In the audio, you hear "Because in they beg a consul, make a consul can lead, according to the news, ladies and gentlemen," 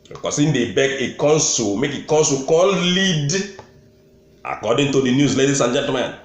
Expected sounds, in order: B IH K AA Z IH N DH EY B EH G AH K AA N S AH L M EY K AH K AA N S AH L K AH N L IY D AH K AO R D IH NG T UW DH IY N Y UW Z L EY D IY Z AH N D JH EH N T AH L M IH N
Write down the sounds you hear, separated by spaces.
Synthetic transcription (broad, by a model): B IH K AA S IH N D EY B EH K AH K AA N S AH M EY K AH K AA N S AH K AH L L IY D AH K AO D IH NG T UW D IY N Y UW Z L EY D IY S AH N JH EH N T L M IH N